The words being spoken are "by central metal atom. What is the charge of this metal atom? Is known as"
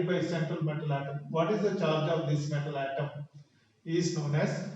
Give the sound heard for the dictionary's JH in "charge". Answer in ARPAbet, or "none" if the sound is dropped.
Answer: JH